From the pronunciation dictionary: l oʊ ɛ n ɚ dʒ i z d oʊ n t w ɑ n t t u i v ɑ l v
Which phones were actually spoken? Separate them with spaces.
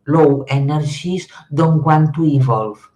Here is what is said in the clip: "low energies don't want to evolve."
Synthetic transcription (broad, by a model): l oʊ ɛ n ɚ ʒ i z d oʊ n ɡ w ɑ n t t u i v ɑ l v